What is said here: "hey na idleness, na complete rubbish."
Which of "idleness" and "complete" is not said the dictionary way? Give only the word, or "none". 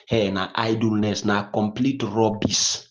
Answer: none